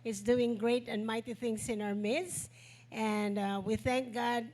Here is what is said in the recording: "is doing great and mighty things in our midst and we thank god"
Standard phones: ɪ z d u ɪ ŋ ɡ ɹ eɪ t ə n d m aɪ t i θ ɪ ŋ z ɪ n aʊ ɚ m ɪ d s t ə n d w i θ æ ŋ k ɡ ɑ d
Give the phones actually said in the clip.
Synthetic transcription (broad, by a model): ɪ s d u ɪ ŋ ɡ ɹ eɪ t ə n d m aɪ t i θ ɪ ŋ s ɪ n aʊ ɚ m ɪ d s t ə n d w i θ æ ŋ k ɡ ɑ d